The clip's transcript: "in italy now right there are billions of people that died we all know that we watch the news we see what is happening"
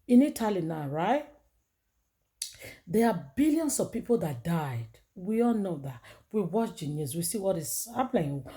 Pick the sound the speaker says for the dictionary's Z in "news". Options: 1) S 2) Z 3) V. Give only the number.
1